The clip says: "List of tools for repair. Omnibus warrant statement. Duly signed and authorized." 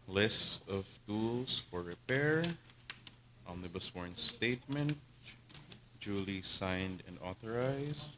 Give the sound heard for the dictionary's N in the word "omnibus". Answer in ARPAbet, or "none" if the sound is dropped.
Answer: L